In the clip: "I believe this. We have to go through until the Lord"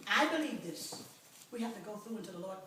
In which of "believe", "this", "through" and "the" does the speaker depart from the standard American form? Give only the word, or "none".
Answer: none